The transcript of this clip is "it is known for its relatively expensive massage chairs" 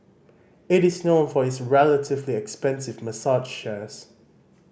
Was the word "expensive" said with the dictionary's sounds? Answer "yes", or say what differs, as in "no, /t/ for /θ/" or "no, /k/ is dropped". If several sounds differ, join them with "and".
yes